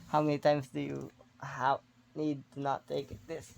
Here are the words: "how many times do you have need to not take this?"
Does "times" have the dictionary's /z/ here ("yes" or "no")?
no